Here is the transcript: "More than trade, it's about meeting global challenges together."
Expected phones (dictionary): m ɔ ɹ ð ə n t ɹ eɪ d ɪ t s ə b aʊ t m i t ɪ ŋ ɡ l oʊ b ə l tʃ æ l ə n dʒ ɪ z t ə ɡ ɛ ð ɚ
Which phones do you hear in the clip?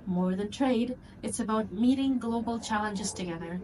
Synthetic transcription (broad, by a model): m ɔ ɹ ð ə n t ɹ eɪ d ɪ t s ə b aʊ t m i t ɪ ŋ ɡ l oʊ b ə l tʃ æ l ə n dʒ ɪ z t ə ɡ ɛ ð ɚ